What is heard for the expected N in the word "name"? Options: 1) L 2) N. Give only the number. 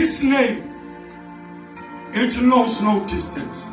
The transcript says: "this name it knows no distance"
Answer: 1